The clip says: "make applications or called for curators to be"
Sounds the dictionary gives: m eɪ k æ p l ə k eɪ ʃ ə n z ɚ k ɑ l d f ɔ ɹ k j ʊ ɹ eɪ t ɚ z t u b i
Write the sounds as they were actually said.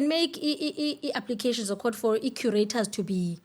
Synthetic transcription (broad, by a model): m eɪ k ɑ p l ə k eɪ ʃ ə n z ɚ k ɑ d f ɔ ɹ k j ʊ ɹ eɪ t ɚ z t u b i